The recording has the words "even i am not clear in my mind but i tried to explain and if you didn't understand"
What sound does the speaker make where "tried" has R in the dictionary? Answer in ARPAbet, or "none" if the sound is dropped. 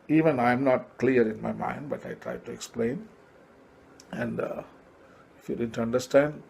R